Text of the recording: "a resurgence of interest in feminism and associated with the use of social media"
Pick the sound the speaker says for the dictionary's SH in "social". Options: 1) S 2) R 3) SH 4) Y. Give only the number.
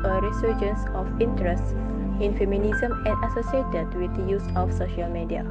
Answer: 3